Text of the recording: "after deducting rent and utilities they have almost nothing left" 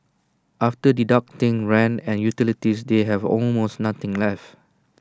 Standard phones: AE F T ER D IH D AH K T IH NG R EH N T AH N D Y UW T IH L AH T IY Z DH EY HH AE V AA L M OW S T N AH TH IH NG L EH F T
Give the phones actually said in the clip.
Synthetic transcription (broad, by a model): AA F T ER D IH D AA K T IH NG R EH N AH N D Y UW T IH L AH T IY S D EY HH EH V AA L M OW S T N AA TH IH NG L EH F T